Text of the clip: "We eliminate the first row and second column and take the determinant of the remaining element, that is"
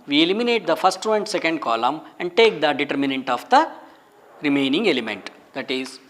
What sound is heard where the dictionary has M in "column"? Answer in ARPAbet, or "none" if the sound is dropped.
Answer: M